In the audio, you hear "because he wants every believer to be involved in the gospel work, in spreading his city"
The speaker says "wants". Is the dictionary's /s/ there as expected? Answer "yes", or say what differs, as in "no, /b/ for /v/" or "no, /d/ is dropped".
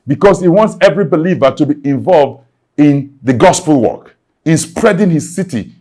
yes